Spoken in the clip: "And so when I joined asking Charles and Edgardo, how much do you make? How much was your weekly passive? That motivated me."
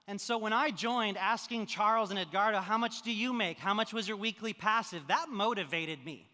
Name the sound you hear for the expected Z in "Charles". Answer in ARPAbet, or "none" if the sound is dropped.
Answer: Z